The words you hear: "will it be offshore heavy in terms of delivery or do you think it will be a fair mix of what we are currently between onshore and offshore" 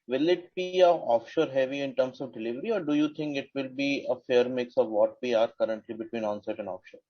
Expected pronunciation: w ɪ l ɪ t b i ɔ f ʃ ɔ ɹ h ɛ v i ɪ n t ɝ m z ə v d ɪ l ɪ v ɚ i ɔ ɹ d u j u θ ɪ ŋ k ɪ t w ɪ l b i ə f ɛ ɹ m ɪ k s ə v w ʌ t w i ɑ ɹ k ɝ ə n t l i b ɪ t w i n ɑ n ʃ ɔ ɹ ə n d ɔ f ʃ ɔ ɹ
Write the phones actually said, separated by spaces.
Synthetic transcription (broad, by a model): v ɪ l ɪ t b i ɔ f ʃ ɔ ɹ h ɛ v i ɪ n t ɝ m s ə v d ɪ l ɪ v ɚ i ɔ ɹ d u j u t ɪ ŋ k ɪ t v ɪ l b i ə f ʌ ɹ m ɪ k s ə v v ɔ t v i ɑ ɹ k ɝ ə n t l i b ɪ t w i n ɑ n s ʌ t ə n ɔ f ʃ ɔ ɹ